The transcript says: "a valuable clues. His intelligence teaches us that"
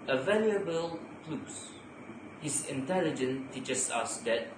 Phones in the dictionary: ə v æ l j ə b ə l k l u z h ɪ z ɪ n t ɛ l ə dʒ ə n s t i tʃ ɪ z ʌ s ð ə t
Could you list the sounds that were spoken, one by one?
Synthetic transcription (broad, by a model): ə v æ l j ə b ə l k l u s h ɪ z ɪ n t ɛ l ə dʒ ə n t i tʃ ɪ s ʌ s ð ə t